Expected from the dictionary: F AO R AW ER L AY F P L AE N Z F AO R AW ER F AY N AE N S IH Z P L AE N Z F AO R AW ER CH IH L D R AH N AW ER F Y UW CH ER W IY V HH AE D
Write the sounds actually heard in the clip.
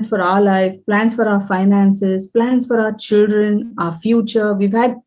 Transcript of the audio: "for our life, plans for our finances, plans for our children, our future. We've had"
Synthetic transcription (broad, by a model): F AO R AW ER L AY F P L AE N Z F AO R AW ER F AY N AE N S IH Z P L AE N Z F AO R AW ER CH IH L D R AH N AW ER F Y UW CH ER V IY V HH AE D